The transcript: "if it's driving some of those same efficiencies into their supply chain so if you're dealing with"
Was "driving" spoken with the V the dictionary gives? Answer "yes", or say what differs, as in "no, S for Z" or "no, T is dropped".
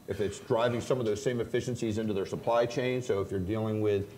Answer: yes